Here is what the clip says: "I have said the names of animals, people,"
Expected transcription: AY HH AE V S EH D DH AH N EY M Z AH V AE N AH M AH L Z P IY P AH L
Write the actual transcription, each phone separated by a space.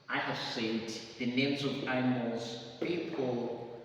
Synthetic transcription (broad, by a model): AY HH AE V S EH D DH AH N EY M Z AH V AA AH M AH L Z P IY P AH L